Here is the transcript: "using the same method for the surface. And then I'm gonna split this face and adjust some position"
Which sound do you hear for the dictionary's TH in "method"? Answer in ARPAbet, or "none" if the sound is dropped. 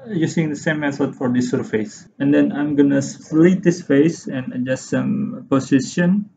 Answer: S